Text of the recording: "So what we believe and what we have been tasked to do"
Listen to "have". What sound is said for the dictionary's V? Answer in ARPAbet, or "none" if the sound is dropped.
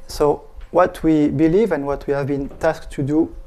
V